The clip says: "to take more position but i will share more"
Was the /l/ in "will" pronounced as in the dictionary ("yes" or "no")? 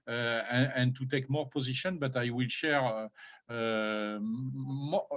yes